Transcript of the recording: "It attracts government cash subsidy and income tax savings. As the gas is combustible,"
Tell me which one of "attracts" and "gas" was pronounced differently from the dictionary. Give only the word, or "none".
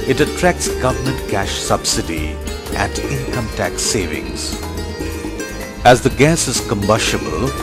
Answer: none